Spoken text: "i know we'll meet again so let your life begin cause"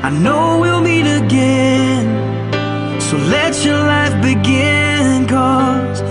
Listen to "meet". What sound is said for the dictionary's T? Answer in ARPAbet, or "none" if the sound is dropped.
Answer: T